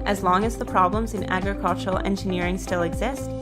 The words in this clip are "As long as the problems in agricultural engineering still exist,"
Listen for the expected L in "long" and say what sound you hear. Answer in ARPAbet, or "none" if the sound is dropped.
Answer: L